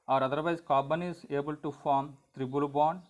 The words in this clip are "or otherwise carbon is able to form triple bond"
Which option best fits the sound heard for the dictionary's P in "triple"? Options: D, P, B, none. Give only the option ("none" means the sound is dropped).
B